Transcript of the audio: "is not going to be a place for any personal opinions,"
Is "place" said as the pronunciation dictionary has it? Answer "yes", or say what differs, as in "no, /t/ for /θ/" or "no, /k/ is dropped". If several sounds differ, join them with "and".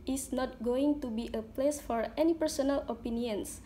yes